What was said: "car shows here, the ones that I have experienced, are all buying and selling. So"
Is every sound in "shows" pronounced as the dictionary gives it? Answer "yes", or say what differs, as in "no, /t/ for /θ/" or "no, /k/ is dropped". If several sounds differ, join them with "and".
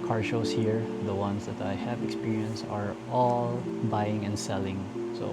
no, /s/ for /z/